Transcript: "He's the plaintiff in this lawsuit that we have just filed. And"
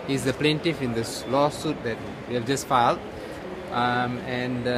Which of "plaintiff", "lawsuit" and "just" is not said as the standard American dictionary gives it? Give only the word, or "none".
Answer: none